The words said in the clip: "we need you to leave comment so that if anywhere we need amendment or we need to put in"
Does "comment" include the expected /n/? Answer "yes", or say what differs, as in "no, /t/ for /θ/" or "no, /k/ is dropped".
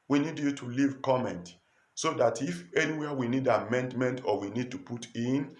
yes